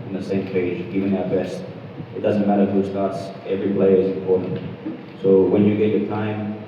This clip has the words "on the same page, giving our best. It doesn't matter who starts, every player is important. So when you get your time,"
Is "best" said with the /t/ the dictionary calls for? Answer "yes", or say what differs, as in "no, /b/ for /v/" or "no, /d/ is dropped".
yes